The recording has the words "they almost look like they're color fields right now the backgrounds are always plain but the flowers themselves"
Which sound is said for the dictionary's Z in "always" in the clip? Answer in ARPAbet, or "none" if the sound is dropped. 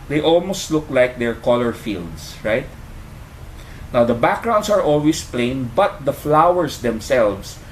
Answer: S